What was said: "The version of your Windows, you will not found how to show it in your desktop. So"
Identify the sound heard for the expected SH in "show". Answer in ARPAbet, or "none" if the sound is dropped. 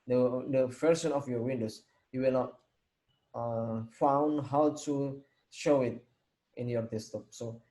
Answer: SH